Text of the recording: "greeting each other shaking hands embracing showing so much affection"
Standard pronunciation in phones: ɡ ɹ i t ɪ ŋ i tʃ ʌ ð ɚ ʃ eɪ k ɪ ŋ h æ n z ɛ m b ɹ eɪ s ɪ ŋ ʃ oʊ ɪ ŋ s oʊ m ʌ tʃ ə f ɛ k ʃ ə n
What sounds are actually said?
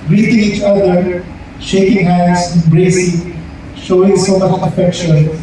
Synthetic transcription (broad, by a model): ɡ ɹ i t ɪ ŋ i tʃ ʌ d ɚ ʃ eɪ k ɪ ŋ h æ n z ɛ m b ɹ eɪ s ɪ ʃ oʊ ɪ ŋ s oʊ m ʌ tʃ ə f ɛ k ʃ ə n